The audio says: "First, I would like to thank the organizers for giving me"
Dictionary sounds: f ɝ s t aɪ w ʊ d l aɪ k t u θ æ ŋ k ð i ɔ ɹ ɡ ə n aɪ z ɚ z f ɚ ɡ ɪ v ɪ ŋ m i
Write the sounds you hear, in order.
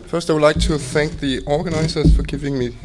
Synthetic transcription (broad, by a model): f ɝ s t aɪ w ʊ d l aɪ k t u θ æ ŋ k ð i ɔ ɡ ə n aɪ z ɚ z f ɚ ɡ ɪ v ɪ ŋ m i